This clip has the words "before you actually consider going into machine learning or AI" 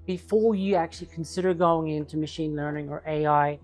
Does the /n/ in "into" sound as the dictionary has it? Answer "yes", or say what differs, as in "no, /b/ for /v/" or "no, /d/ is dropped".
yes